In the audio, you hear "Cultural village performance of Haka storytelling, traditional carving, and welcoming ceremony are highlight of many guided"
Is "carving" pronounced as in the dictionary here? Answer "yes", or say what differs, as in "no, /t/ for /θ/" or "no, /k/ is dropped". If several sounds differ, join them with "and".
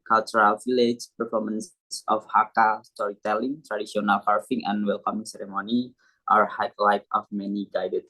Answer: no, /f/ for /v/